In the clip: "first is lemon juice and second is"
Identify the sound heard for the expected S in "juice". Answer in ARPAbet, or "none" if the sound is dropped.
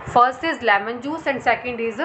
S